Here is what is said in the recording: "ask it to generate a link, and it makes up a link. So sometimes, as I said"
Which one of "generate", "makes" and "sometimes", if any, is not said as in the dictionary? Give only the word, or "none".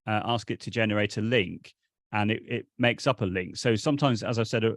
none